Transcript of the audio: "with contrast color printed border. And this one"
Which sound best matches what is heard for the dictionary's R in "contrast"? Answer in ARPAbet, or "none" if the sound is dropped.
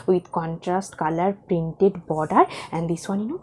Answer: R